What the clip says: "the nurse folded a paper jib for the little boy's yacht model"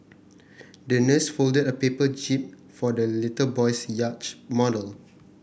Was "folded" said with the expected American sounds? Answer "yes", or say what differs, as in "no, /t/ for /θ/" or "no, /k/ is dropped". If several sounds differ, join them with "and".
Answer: yes